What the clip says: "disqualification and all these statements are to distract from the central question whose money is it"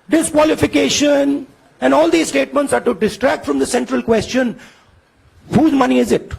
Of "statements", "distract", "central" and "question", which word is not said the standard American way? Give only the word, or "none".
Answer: none